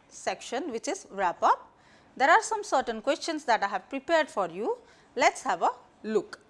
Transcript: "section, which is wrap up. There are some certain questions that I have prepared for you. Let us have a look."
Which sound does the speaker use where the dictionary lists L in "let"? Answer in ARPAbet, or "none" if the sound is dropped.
L